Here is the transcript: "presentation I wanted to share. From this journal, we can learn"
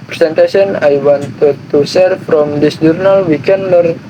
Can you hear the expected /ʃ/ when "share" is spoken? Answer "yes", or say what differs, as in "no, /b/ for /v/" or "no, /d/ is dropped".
no, /s/ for /ʃ/